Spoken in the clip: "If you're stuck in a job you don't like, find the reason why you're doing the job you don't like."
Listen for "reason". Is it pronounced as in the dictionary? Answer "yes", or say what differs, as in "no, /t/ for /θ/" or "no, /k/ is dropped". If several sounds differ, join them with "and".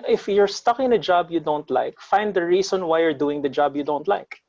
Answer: no, /s/ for /z/